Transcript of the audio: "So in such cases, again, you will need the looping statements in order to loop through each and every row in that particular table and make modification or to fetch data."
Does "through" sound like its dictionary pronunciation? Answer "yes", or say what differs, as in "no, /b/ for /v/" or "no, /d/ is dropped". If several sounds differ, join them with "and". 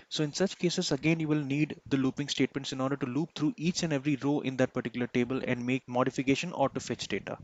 no, /t/ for /θ/